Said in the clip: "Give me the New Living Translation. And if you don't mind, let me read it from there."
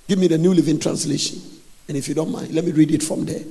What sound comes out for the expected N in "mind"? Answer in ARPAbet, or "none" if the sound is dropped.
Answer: N